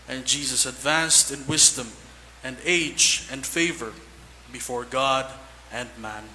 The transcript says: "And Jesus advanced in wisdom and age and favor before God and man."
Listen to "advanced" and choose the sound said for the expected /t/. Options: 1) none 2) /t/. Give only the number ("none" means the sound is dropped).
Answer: 2